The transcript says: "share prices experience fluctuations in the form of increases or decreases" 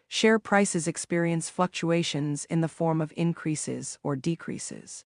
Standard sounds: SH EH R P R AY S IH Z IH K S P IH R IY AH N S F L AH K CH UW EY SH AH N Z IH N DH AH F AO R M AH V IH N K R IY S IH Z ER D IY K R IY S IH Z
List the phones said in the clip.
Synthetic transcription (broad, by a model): SH EH R P R AY S IH Z IH K S P IH R IY AH N S F L AH K CH UW EY SH AH N Z IH N DH AH F AO R M AH V IH N K R IY S IH Z ER D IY K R IY S IH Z